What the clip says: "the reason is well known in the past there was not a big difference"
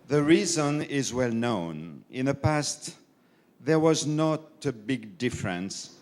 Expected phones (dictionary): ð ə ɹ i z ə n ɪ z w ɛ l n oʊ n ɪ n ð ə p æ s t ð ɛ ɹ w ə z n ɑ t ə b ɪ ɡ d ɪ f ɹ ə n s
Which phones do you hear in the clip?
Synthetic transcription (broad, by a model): ð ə ɹ i z ə n ɪ z w ɛ l n oʊ n ɪ n ð ə p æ s t ð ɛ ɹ w ə z n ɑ t ə b ɪ ɡ d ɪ f ɹ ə n s